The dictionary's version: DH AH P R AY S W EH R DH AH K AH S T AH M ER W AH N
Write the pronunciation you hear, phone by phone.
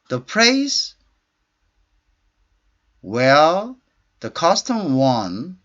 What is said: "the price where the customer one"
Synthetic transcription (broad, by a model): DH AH P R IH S W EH L DH AH K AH S T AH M W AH N